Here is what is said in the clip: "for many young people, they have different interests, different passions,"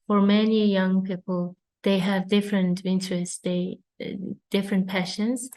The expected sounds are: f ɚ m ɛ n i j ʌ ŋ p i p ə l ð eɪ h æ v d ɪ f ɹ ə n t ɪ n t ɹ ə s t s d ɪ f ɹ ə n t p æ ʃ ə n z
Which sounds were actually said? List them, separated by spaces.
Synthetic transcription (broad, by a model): f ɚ m ɛ n i j ʌ ŋ p i p ə l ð eɪ h æ v d ɪ f ɹ ə n t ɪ n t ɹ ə s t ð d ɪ f ɹ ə n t p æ ʃ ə n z